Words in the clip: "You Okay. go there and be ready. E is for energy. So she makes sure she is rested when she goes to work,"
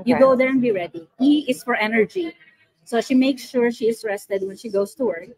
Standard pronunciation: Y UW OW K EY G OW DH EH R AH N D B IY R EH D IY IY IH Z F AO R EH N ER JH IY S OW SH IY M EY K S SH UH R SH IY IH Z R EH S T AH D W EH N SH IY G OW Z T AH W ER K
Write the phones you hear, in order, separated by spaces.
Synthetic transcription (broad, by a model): Y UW G OW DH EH R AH N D B IY R EH D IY IY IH S F AO R EH N ER JH IY S OW SH IY M EY K S SH UH R SH IY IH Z R EH S T AH D W EH N SH IY G OW S T AH W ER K